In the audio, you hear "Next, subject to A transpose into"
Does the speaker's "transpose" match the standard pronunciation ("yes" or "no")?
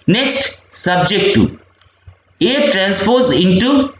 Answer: no